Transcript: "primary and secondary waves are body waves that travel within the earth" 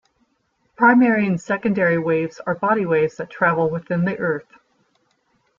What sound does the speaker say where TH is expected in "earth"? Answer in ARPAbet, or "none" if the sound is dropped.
TH